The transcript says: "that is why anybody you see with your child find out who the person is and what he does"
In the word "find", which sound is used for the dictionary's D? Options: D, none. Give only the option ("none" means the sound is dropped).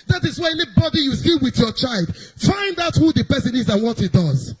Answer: D